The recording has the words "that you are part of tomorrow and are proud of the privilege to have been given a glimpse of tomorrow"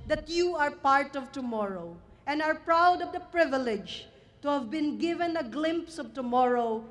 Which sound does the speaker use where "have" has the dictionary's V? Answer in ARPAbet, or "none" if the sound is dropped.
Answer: V